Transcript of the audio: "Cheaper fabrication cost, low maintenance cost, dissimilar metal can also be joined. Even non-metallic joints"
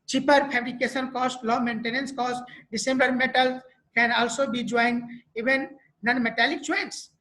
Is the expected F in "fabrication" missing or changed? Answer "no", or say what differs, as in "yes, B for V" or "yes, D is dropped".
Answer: yes, P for F